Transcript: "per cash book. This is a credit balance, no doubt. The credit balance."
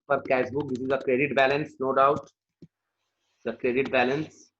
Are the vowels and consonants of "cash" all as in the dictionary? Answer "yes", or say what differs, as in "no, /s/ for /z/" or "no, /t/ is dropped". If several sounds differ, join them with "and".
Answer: no, /s/ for /ʃ/